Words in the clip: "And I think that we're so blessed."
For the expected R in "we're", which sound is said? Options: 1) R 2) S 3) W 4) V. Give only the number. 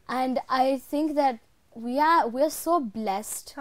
3